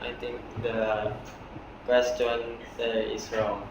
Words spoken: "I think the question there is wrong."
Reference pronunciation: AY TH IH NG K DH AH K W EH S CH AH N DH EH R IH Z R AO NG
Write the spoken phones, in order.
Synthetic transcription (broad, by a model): AY T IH NG K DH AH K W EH S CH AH N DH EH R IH S R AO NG